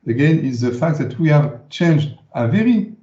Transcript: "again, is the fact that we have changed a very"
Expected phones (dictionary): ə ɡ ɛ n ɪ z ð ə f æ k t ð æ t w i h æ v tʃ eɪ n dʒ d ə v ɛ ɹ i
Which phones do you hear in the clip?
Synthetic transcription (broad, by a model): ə ɡ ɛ n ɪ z ð ə f æ k t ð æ t w i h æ v tʃ eɪ n dʒ d ə v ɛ ɹ i